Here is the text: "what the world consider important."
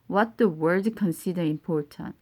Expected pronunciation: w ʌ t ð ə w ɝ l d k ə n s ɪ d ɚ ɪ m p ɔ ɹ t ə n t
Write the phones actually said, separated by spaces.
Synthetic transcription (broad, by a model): w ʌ t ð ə w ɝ d k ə n s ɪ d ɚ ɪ m p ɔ ɹ t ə n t